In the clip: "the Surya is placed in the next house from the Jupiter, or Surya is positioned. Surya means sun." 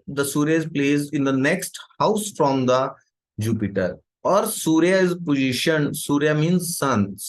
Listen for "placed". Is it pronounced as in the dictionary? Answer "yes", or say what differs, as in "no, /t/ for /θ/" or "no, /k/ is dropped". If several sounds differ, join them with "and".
no, /t/ is dropped